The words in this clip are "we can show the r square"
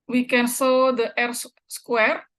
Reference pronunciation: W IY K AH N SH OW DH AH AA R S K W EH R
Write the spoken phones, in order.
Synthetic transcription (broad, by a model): W IY K AH N S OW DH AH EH R S K W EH R